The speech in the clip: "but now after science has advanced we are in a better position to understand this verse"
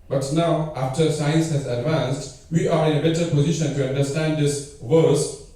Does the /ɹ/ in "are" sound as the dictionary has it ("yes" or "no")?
yes